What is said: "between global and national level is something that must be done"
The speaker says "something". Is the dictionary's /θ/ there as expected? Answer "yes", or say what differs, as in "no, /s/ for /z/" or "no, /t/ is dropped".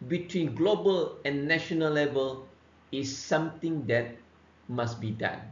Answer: no, /t/ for /θ/